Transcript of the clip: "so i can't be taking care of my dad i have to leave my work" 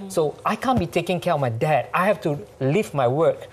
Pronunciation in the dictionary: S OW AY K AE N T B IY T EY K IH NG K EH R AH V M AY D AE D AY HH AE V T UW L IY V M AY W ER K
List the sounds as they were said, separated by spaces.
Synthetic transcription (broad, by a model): S OW AY K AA N B IY T EY K IH NG K EH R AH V M AY D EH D AY HH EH F T UW L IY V M AY W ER K